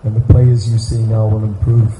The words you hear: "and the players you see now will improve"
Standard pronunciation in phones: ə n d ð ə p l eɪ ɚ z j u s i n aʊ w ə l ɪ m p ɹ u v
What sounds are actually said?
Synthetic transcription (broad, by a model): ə n ð ə p l eɪ ɚ z j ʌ s i n aʊ w ə l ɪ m p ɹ u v